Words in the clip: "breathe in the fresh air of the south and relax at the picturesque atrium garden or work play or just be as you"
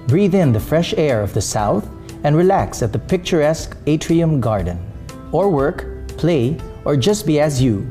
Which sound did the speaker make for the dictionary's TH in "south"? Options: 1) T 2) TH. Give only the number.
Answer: 2